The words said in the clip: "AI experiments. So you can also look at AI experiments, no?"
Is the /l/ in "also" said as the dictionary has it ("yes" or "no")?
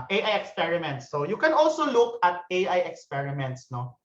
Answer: yes